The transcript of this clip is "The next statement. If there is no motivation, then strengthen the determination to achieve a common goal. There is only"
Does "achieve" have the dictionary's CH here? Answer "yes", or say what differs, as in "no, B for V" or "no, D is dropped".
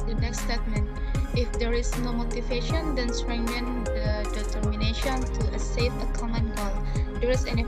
no, S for CH